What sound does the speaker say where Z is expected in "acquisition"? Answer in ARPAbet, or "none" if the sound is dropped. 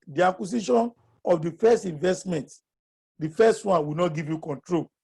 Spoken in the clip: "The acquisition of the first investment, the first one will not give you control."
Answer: S